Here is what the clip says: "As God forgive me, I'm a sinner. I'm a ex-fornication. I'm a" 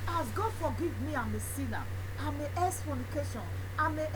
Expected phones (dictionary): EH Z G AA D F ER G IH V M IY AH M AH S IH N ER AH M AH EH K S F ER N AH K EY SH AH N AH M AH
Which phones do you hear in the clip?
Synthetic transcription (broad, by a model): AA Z G AA D F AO G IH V M IY AH M AH S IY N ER AH M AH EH S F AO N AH K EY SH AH N AH M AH